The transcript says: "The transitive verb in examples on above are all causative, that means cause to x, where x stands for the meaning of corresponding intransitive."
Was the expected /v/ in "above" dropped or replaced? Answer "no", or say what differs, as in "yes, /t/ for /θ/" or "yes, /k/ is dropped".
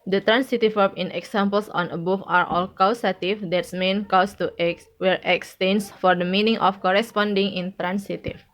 yes, /f/ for /v/